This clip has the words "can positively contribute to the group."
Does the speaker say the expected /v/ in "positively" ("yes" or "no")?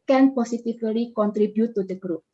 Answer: no